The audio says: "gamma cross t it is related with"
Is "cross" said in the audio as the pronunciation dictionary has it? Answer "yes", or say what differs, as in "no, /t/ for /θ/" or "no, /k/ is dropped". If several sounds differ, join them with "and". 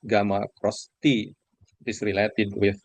yes